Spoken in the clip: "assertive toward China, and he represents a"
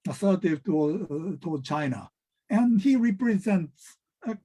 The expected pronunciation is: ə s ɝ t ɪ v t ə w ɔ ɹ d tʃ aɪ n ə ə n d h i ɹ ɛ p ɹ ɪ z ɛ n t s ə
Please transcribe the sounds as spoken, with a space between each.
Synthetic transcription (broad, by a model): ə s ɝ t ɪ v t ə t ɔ l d tʃ aɪ n ə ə n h i ɹ ɛ p ɹ ɪ z ɛ n t s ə